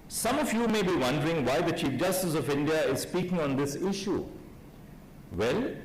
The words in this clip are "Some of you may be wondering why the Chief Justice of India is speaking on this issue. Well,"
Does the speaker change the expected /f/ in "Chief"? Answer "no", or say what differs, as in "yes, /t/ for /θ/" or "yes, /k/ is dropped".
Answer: no